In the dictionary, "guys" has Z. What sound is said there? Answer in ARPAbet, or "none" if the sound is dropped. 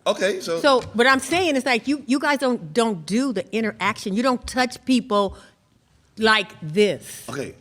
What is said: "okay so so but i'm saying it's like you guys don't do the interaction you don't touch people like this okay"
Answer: Z